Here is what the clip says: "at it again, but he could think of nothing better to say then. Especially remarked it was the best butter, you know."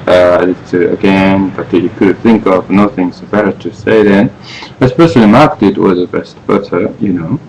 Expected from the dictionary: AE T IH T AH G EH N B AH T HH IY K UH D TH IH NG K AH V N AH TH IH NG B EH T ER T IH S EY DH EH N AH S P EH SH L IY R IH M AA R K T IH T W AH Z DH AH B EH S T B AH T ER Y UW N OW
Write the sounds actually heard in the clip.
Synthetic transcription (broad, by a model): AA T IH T AH G EH N B AH T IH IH K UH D TH IH NG K AH V N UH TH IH NG B EH T ER T IH S EY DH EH N AH S P EH SH L IY M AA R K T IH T W AH Z DH AH B EH S T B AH S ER Y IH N OW